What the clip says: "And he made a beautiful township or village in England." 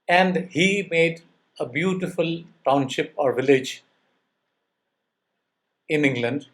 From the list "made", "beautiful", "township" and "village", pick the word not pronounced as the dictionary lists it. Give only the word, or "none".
none